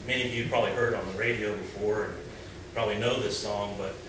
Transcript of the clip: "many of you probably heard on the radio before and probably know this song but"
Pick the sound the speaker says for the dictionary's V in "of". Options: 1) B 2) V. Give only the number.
2